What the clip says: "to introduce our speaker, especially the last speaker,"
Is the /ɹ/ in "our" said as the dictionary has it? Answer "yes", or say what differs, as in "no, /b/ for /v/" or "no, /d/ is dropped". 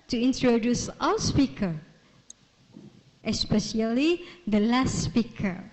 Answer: no, /w/ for /ɹ/